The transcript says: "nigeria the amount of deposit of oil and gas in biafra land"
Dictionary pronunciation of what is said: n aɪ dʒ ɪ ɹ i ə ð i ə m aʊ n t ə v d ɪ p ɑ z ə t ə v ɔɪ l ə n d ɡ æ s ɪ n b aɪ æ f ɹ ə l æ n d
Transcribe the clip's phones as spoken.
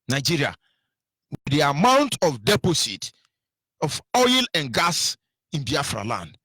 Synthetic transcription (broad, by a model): n aɪ dʒ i ɹ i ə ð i ə m aʊ n t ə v d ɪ p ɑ s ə t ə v ɔɪ l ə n ɡ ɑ s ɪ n b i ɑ f ɹ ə l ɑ n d